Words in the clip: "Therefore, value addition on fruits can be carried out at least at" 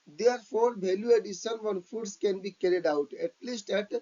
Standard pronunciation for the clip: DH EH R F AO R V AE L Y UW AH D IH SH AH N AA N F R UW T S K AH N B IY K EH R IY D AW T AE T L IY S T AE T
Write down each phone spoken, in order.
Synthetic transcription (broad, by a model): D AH R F AO R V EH L Y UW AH D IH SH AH N AA N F UW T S K AH N B IY K EH R IY D AW T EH T L IY S T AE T